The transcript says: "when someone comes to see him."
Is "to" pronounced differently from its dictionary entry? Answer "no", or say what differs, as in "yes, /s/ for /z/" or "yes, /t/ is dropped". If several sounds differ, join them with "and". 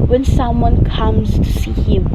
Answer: yes, /s/ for /t/